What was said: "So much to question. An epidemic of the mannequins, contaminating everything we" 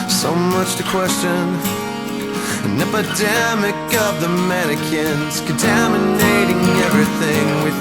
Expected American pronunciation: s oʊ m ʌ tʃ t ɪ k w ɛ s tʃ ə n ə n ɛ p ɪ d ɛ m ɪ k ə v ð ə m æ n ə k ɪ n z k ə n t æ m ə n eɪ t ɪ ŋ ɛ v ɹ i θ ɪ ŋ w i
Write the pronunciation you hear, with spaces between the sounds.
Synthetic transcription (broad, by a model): s oʊ m ʌ tʃ t ɪ k w ɛ s tʃ ə n ə n ɛ p ɪ d ɛ m ɪ k ə v ð ə m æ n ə k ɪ n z k n t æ m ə n eɪ t ɪ ŋ ɛ v ɹ i θ ɪ ŋ w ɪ